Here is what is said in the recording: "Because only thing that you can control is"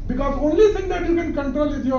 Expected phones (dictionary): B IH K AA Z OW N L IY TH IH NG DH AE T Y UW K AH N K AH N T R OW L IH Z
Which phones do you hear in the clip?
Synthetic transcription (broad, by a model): B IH K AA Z OW N L IY T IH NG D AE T Y UW K AH N K AH N T R OW L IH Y